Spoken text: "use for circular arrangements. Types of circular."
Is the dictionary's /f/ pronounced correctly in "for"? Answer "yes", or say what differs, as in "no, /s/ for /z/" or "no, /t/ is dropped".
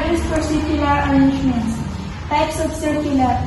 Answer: no, /p/ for /f/